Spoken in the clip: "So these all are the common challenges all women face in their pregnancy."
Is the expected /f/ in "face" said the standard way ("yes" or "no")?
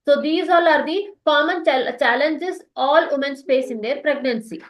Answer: no